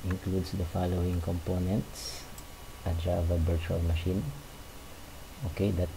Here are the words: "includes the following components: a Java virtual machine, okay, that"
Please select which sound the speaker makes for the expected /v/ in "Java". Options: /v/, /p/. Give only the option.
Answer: /v/